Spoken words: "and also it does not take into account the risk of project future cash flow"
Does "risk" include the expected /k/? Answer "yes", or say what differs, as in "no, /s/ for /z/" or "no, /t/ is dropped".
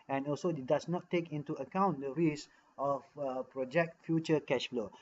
no, /k/ is dropped